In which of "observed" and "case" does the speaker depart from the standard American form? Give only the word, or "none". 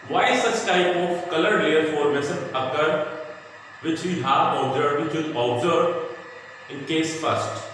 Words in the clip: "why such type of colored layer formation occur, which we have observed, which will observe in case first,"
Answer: observed